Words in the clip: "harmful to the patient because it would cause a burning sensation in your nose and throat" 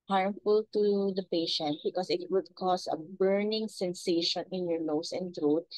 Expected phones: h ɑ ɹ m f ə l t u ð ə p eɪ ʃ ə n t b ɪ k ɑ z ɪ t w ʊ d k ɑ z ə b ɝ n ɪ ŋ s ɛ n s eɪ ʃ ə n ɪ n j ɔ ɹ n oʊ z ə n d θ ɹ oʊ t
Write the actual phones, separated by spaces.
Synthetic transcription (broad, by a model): h ɑ ɹ m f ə l t u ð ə p eɪ ʃ ə n t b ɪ k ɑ s ɪ t w ʊ d k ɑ s ə b ɝ n ɪ ŋ s ɛ n s eɪ ʃ ə n ɪ n j ɔ ɹ n oʊ s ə n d ɹ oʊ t